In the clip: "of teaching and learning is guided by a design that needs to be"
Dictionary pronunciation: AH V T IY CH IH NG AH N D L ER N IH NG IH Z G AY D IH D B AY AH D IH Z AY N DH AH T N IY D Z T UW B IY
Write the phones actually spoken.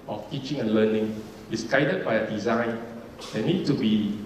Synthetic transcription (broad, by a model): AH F T IY CH IH NG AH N L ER N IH NG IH S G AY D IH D B AY AH D IH Z AY N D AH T N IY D T UW B IY